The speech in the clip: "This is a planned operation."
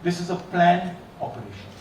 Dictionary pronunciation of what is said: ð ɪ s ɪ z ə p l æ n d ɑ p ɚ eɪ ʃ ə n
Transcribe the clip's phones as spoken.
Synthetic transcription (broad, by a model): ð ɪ s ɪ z ə p l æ n ɑ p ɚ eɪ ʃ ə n